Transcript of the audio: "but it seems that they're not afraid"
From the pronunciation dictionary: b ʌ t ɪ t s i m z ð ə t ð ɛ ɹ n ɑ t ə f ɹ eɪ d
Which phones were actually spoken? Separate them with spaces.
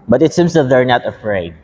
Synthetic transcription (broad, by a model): b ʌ t ɪ t s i m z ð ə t ð ɛ ɹ n ɑ t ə f ɹ eɪ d